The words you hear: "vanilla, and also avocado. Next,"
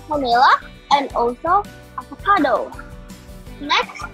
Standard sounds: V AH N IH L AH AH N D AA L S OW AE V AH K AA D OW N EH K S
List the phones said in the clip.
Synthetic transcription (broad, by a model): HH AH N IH L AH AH N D AA L S OW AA P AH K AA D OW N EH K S